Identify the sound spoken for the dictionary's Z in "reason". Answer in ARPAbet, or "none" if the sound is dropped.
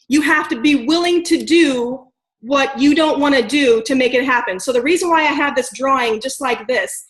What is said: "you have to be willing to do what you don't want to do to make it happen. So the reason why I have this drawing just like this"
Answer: Z